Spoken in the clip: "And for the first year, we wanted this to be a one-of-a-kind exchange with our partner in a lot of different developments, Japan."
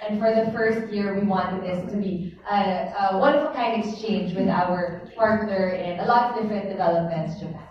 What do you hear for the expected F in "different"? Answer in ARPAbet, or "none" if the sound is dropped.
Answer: F